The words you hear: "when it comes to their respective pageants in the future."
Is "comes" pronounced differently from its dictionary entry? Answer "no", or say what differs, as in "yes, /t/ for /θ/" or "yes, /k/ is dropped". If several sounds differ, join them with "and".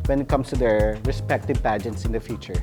yes, /s/ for /z/